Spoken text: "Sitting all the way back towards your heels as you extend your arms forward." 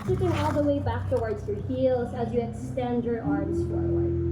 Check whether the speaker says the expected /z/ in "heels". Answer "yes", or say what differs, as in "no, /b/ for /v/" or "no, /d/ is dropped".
yes